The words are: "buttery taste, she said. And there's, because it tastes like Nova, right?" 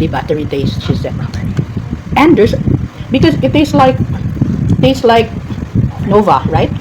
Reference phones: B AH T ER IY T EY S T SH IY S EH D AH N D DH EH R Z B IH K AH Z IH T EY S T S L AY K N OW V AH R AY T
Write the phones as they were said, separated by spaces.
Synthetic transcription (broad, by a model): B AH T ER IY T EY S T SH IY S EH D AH N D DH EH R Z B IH K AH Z IH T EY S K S L AY K N OW V AH R AY T